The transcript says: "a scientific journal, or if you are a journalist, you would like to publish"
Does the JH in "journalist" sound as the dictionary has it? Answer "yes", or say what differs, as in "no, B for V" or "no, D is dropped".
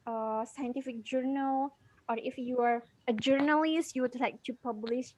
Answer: yes